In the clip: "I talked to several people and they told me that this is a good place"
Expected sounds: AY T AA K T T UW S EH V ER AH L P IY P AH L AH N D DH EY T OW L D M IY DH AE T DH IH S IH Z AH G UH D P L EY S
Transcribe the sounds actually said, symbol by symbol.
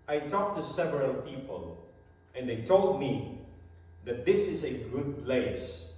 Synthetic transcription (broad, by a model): AY T AA K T T UW S EH V ER AH L P IY P AH L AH N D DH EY T OW L D M IY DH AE T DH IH S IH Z AH G UH D P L EY S